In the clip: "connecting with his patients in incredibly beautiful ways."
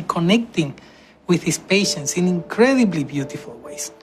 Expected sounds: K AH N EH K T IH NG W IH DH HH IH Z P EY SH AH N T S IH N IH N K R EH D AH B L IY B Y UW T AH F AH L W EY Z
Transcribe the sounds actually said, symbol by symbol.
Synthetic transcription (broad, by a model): K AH N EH K T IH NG W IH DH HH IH S P EY SH AH N T S IH N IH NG K R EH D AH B L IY B Y UW T AH F AH L W EY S